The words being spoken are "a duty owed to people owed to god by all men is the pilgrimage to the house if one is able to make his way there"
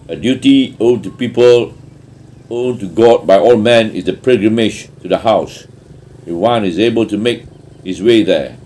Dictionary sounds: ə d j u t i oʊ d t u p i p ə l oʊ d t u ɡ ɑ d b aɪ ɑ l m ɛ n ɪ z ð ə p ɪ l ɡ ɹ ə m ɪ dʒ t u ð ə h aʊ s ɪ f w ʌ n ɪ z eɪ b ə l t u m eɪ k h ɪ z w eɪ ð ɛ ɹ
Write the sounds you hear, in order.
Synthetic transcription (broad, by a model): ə d j u t i oʊ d t u p i p ə l oʊ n t u ɡ ɑ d b aɪ ɑ l m ɛ n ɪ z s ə p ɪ ɡ ɹ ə m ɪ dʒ t u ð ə h aʊ s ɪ w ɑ n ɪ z eɪ b ə l t u m eɪ k h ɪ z w eɪ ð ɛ